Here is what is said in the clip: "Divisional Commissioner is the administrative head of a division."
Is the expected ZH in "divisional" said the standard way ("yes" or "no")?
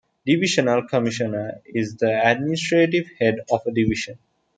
no